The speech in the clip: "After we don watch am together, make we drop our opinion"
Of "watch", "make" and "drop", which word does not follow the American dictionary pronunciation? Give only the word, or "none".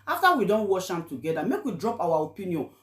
watch